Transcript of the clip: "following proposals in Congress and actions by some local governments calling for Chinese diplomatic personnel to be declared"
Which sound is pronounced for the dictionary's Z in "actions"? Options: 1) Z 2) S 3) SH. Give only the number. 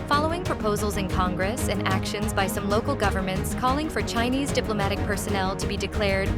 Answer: 1